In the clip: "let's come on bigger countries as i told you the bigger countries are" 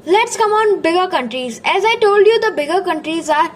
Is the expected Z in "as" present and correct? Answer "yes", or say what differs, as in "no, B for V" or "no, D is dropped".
yes